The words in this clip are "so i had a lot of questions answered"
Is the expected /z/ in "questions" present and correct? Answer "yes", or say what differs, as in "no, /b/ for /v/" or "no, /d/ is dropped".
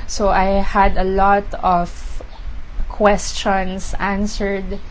no, /s/ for /z/